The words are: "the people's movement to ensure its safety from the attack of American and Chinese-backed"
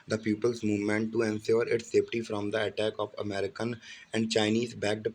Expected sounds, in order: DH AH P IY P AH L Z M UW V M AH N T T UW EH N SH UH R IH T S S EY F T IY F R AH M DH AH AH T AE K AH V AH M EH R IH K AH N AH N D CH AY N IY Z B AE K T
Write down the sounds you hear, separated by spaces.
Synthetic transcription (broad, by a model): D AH P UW P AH L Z M UW V M AH N T T UW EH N S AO R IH T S S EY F T IY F R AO M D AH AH T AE K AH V AH M EH R IH K AH N AH N D CH AY N IY Z B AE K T